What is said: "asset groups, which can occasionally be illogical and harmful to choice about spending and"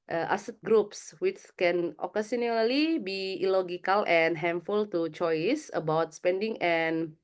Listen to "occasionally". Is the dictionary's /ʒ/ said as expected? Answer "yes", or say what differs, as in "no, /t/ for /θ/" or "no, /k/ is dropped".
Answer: no, /s/ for /ʒ/